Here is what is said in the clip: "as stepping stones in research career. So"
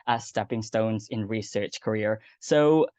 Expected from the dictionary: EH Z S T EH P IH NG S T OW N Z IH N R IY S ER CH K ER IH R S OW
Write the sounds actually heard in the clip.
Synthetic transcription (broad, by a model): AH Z S T EH P IH NG S T OW N Z IH N R IY S ER CH K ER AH R S OW